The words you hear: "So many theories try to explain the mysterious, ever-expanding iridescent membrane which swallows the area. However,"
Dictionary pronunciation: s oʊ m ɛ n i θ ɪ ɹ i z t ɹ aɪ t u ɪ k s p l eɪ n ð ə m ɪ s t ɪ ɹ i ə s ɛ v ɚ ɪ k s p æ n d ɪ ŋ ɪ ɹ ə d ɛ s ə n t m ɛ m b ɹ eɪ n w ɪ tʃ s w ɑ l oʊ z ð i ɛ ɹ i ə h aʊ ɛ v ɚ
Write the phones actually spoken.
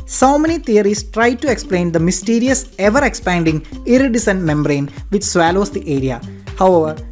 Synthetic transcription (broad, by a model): s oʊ m ɛ n i t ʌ ɹ i s t ɹ aɪ t u ɪ k s p l eɪ n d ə m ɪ s t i ɹ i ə s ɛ v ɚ ɪ k s p æ n d ɪ ŋ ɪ ɹ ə d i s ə n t m ɛ m b ɹ eɪ n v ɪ tʃ s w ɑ l oʊ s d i ɛ ɹ i ə h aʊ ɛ v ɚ